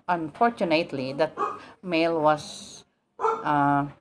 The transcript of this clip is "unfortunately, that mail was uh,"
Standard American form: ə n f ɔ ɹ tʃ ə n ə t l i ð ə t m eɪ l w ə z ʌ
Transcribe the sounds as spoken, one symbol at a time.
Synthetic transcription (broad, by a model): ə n f ɔ ɹ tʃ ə n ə t l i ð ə t m eɪ l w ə s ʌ